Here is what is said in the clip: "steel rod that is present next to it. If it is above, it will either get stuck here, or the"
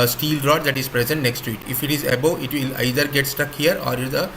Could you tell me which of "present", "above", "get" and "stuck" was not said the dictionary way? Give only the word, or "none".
above